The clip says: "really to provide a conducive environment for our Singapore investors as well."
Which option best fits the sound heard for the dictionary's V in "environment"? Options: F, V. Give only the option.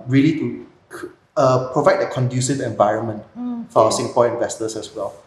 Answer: V